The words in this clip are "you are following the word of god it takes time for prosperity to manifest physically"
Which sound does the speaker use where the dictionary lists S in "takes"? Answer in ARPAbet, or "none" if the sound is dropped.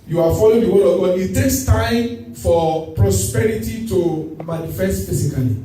S